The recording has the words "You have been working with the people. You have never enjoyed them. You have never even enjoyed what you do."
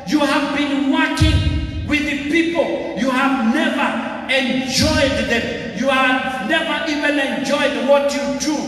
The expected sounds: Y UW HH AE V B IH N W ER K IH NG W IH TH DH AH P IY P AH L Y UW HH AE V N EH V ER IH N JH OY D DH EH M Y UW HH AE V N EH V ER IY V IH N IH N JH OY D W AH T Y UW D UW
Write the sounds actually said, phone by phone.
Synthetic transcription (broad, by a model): Y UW HH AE V B IH N W ER K IH NG W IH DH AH P IY P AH L Y UW HH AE V N EH V ER IH N JH OY D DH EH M Y UW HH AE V N EH V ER IY V IH N IH N JH OY D W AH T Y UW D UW